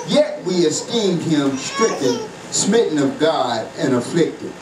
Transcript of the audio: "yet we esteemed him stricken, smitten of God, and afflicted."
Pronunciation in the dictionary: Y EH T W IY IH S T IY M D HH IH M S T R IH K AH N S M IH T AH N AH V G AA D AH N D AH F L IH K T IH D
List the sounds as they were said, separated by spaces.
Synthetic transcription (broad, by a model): Y EH T W IY IH S T IY M D HH IH M S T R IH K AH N S M IH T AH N AH V G AA D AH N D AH F L IH K T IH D